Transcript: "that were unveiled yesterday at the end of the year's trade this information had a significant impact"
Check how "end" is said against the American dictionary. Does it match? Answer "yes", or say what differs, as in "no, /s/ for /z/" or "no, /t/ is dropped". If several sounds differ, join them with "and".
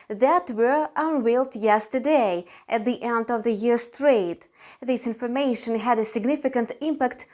yes